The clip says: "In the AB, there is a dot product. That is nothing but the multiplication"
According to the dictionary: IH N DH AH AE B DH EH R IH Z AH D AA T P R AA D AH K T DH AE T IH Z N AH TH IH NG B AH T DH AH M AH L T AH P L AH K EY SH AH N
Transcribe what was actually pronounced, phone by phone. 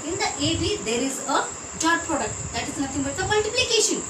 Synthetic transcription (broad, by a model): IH N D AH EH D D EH R IH Z AH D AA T P R AA D AH K T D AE T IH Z N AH T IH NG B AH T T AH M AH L T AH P L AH K EY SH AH N